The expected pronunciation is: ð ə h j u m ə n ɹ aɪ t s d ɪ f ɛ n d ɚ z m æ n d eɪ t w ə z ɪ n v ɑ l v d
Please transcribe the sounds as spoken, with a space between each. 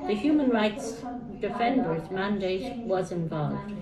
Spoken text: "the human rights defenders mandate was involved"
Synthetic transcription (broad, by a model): ð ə h j u m ə n ɹ aɪ t s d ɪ f ɛ n d ɚ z m æ n d eɪ t w ə z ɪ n v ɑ l v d